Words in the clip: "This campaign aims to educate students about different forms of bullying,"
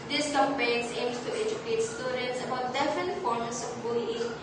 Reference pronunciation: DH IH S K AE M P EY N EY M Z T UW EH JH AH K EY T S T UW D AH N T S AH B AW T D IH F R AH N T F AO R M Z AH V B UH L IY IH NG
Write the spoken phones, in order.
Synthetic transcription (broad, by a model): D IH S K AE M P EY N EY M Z T UW EH JH AH K EY T S T UW D AH N T S AH B AW T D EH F AH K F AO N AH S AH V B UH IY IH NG